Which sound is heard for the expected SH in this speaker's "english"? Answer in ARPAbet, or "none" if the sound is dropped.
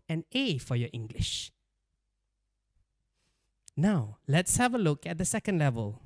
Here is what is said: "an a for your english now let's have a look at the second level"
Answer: SH